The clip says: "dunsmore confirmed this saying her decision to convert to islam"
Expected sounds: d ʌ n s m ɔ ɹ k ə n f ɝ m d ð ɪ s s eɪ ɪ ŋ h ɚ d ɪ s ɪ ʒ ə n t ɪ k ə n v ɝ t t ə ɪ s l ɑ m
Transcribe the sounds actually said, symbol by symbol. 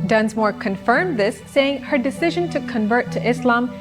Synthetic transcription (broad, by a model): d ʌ n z m ɔ ɹ k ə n f ɝ m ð ɪ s s eɪ ɪ ŋ h ɚ d ɪ s ɪ ʒ ə n t ɪ k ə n v ɝ t t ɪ s l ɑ m